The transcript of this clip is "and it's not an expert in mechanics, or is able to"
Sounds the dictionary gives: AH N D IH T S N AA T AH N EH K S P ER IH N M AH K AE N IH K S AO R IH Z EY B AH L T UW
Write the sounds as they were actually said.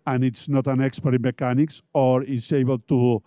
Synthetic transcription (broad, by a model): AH N IH T S N AA T AH N EH K S P ER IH M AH K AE N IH K S AO R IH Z EY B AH L T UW